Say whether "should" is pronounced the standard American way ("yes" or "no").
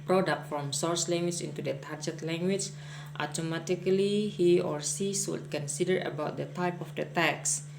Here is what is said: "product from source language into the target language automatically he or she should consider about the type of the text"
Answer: no